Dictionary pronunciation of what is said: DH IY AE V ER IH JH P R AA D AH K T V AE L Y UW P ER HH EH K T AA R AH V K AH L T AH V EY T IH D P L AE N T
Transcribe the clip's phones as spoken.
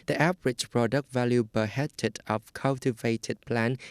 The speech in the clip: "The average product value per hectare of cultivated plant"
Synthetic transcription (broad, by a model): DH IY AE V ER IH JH P R AA D AH K T V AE L Y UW B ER HH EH T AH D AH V K AH L T AH V EY T IH D P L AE N